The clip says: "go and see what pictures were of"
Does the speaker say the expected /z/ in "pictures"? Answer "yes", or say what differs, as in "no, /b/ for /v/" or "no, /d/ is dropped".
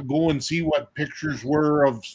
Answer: yes